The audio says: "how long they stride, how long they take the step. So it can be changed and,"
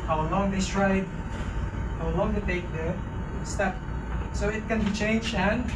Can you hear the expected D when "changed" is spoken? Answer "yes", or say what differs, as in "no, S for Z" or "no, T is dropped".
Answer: no, D is dropped